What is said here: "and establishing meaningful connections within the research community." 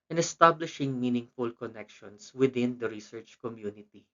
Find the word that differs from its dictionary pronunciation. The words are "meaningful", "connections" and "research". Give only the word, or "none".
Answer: connections